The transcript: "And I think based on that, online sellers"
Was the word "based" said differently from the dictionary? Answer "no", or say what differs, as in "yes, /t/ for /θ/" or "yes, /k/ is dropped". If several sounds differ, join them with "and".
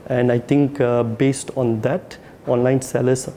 no